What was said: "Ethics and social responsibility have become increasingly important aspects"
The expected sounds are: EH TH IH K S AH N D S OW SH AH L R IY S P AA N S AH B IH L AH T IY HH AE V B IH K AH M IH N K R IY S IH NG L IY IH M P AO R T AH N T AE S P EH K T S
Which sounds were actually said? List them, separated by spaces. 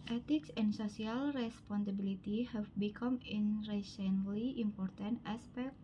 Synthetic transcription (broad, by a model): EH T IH K S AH N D S OW S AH L R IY S P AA N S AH B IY L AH T IY HH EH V B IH K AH M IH N R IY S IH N L IY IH M P AO R T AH N T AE S P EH K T